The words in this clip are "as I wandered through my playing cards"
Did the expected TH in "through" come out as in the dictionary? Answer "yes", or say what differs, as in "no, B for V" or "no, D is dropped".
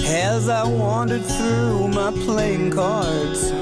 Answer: yes